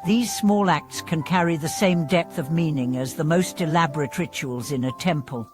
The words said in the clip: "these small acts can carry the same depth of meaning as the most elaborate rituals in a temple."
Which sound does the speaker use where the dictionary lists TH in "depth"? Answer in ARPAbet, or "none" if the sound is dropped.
TH